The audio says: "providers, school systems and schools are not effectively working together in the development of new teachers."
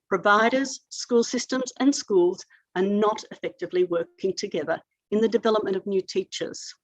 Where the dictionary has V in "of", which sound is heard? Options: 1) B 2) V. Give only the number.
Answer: 2